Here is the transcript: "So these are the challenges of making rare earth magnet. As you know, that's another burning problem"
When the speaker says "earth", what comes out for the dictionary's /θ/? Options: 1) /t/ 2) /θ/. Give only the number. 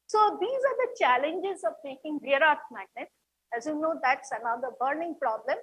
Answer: 1